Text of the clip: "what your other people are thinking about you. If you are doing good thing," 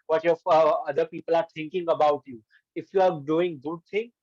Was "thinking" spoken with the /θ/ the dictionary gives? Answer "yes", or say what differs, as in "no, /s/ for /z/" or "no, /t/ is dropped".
no, /t/ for /θ/